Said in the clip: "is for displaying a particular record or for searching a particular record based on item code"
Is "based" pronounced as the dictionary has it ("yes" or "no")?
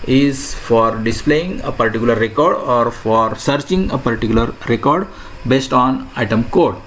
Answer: yes